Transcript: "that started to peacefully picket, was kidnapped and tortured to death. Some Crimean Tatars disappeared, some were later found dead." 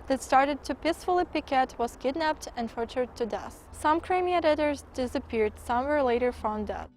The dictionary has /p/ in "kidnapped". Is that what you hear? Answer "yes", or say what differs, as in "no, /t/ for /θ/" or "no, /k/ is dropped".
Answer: yes